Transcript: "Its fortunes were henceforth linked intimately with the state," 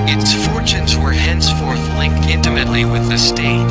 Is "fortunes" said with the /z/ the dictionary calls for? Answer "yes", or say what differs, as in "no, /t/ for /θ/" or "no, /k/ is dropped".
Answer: yes